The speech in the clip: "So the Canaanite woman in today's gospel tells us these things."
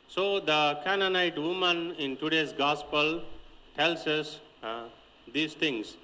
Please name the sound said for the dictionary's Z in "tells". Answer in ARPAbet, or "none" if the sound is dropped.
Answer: S